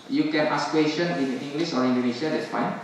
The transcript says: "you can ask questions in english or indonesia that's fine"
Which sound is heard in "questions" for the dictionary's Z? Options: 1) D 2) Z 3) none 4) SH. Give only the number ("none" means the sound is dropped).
3